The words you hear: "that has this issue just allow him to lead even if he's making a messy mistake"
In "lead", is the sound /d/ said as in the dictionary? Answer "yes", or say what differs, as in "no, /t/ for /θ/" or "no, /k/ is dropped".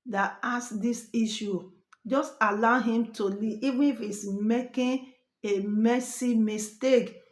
no, /d/ is dropped